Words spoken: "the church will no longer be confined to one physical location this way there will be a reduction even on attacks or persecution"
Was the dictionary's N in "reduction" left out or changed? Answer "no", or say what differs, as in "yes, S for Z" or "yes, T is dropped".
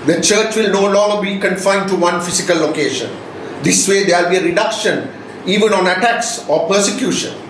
no